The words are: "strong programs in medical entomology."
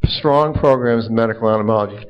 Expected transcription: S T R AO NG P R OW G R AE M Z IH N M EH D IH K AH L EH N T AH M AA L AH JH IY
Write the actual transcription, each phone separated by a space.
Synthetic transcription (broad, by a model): S T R AO NG P R OW G R AE M Z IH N M EH D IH K L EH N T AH M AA L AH JH IY